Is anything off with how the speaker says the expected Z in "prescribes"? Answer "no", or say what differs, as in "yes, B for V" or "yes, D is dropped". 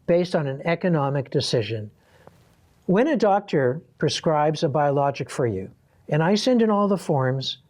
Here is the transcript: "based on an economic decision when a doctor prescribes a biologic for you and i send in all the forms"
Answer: no